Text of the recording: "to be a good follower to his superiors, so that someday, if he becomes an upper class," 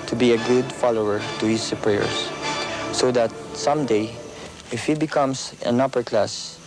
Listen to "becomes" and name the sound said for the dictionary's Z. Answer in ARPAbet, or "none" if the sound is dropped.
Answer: S